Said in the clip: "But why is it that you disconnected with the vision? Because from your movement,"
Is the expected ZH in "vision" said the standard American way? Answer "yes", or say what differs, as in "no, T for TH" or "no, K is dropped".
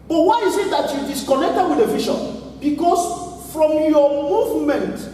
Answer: no, SH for ZH